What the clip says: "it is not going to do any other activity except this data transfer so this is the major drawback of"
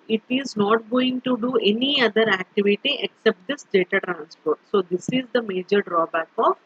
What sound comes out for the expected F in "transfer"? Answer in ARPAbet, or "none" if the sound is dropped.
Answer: P